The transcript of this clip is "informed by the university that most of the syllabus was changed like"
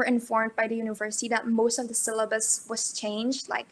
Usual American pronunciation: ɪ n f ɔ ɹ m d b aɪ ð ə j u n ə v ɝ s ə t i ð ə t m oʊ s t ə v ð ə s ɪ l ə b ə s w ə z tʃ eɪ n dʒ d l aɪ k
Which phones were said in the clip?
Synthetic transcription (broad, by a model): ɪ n f ɔ ɹ m d b aɪ ð ə j u n ə v ɝ s ə t i ð ə t m oʊ s t ə v ð ə s ɪ l ə b ə s w ə z tʃ eɪ n dʒ d l aɪ k